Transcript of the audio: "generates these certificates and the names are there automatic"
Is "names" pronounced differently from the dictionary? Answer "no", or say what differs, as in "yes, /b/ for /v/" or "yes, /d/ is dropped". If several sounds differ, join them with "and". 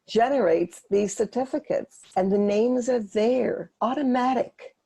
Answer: no